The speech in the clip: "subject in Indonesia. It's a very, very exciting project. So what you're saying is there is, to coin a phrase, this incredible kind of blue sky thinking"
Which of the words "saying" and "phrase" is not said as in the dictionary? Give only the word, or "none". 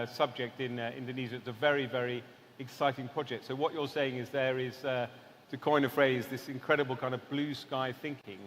none